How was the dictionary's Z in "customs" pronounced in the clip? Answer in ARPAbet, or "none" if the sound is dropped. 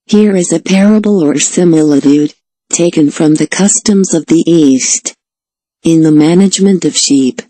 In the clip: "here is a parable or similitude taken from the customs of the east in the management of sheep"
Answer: Z